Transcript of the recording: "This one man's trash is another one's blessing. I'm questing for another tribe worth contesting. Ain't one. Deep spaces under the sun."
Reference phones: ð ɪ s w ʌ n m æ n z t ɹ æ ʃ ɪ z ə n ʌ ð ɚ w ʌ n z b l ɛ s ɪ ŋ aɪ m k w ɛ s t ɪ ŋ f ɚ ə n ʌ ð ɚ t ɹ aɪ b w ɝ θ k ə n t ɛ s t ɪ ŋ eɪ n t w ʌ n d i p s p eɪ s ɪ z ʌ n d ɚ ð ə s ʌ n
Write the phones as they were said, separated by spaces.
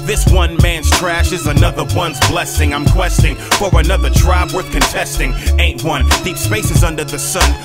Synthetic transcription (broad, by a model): ð ɪ s w ʌ n m æ n z t ɹ æ ʃ ɪ z ə n ʌ ð ɚ w ʌ n z b l ɛ s ɪ ŋ aɪ m k w ɛ s t ɪ ŋ f ɚ ə n ʌ ð ɚ t ɹ aɪ b w ɝ θ k ə n t ɛ s t ɪ ŋ eɪ n t w ʌ n d i p s p eɪ s ɪ z ʌ n d ɚ ð ə s ʌ n